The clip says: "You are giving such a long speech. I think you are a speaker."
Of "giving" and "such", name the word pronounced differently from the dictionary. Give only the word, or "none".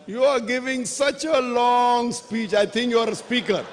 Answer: none